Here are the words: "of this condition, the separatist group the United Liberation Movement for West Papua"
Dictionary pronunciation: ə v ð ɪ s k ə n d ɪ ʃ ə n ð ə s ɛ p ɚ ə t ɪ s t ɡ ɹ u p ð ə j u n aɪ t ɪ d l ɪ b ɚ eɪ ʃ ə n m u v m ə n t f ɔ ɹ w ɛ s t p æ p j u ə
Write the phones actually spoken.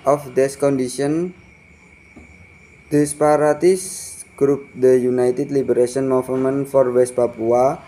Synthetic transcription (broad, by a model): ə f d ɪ s k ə n d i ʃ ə n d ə s p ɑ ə t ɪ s ɡ ɹ u p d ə j u n aɪ t ɪ d l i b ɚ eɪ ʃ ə n m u f m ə n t f ɔ ɹ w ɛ s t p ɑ p u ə